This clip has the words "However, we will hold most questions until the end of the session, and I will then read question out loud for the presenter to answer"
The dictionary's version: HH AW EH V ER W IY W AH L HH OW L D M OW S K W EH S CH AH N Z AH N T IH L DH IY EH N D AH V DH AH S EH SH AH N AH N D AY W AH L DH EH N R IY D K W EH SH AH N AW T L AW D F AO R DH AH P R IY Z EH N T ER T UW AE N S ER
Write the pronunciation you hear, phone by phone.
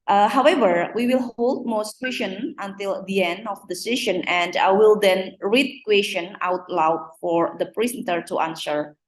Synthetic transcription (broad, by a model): HH AW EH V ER W IY W AH L HH OW L D M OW S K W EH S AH N AH N T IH L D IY EH N D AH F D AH S EH SH AH N AH N D AY W AH L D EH N R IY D K W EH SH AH N AW T L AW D F AO R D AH P R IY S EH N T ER T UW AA N S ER